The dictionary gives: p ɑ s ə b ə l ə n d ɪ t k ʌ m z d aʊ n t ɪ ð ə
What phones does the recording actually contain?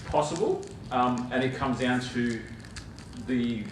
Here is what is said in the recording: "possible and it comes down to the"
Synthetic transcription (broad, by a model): p ɑ s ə b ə l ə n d ɪ t k ʌ m z d aʊ n t ɪ ð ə